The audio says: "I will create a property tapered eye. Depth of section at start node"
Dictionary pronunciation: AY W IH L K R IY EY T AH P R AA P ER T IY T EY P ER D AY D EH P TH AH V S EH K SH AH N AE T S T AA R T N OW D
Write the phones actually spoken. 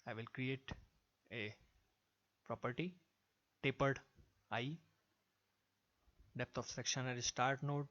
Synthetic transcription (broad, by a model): AY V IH L K R IY EY T AH P R AA P ER T IY T EY P ER D AY D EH P T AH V S EH K SH AH N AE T S T AA R T N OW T